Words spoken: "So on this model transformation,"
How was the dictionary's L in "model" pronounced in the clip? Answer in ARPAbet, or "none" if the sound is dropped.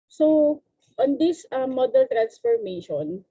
N